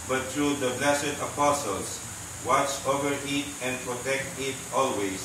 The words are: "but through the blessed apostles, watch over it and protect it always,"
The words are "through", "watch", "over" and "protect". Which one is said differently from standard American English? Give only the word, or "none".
through